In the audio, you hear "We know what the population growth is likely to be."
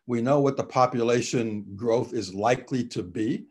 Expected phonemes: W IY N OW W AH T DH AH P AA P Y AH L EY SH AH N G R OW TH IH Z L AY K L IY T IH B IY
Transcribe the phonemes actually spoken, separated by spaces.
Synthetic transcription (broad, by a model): W IY N OW W AH T DH AH P AA P Y AH L EY SH AH N G R OW TH IH Z L AY K L IY T IH B IY